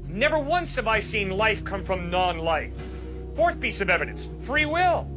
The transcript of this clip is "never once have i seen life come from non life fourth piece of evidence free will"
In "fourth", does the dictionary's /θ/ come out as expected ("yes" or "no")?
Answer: yes